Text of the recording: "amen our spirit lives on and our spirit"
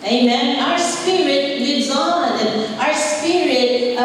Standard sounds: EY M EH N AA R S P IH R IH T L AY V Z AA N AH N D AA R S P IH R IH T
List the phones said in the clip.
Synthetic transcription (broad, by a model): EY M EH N AA R S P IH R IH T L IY Z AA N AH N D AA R S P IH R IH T